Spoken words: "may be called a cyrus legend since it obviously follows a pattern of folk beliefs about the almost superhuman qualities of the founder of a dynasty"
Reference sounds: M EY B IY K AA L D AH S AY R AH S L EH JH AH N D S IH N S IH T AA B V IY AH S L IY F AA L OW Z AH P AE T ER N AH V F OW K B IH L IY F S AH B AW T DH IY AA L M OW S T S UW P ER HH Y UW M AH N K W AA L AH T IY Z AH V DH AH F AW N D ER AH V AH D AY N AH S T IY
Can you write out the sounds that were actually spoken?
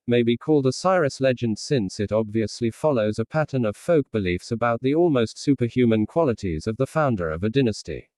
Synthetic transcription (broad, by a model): M EY B IY K AA L D AH S AY R AH S L EH JH AH N D S IH N S IH T AA B V IY AH S L IY F AA L OW Z AH P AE T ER N AH V F OW K B IH L IY F S AH B AW T DH IY AA L M OW S T S UW P ER HH Y UW M AH N K W AA L AH T IY Z AH V DH AH F AW N D ER AH V AH D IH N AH S T IY